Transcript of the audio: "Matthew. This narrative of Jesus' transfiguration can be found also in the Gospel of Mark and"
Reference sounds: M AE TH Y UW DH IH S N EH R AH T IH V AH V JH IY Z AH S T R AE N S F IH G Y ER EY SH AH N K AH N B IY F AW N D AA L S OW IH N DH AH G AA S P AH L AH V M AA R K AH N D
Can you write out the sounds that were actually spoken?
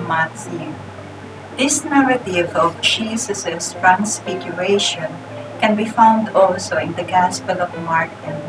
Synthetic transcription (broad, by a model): M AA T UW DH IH S N EH R AH T IH V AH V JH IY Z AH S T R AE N S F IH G Y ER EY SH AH N K AH N B IY F AW N D AA L S OW IH N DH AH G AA S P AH L AH V M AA R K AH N